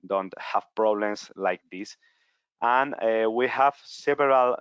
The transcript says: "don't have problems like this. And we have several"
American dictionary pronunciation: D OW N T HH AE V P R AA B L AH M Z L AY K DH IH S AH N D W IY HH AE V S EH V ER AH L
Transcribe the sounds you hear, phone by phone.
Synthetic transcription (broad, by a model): D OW N T HH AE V P R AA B L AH M S L AY K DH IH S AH N W IY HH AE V S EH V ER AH L